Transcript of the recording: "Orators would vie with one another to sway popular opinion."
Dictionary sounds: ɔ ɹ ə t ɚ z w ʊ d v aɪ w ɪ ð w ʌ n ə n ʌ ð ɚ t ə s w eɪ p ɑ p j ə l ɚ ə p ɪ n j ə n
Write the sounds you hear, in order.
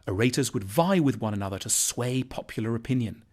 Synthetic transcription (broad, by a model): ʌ ɹ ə t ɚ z w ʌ d v aɪ w ɪ ð w ʌ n ə n ʌ ð ɚ t ə s w eɪ p ɑ p j l ɚ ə p ɪ n j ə n